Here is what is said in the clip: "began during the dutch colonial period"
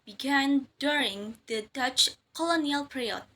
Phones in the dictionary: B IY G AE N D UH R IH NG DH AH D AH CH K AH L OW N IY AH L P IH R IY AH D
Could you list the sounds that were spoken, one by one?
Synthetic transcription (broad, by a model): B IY G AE N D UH R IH NG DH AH D AH CH K AH L OW N IY AH L P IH R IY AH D